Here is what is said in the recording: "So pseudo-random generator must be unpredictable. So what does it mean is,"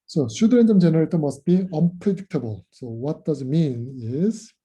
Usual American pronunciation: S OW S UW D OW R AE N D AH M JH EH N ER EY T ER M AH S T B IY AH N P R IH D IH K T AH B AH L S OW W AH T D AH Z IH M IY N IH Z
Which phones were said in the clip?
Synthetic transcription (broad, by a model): S OW SH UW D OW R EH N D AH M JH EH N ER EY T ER M AH S T B IY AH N P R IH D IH K T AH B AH L S OW W AH T D AH Z IH M IY N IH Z